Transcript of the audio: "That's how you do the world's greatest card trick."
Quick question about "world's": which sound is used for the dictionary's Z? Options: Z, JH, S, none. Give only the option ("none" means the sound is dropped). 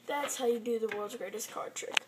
Z